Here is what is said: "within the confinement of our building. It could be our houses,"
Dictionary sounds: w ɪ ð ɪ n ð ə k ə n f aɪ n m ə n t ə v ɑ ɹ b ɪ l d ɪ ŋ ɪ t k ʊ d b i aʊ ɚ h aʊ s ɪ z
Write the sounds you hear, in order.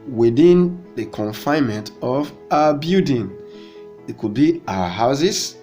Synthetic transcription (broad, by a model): w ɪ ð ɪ n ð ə k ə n f aɪ n m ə n t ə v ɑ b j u d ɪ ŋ ɪ t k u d b i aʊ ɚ h aʊ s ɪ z